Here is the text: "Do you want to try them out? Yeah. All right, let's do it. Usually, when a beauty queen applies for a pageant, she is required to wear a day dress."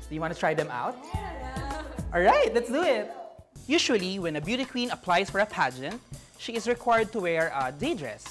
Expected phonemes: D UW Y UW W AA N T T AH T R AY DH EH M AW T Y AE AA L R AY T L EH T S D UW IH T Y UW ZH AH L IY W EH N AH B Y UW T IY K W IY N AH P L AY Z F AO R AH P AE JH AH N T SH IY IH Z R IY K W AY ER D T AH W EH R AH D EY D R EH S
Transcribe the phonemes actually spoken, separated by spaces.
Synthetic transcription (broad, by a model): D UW Y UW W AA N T T AH T R AY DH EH M AW T AA L R AY T L EH T S D UW IH T Y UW SH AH L IY W EH N AH B Y UW T IY K W IY N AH P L AY S F AO R AH P AE JH AH N T SH IY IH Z R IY K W AY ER D T AH W EH R AH D EY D R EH S